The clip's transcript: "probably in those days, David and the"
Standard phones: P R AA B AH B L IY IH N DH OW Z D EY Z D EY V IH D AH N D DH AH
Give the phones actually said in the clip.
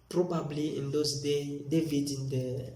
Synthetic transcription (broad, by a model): P R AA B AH B L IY IH N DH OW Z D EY D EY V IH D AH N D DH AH